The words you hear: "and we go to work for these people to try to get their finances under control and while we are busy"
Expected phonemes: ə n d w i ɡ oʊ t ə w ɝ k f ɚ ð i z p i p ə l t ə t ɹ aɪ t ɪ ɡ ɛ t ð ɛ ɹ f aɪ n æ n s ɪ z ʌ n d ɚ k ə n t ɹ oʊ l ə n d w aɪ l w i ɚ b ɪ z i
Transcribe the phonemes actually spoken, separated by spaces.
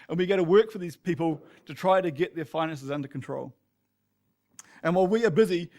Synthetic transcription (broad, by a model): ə n w i ɡ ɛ t ə w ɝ k f ɚ ð i z p i p ə l t ə t ɹ aɪ t ɪ ɡ ɛ t ð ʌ ɹ f aɪ n æ n s ɪ z ʌ n d ɚ k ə n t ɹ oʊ l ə n w aɪ l w i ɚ b ɪ z i